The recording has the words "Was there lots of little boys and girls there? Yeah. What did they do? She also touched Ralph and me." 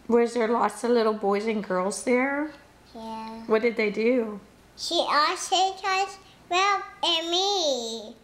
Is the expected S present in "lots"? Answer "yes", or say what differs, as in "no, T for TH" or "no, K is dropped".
yes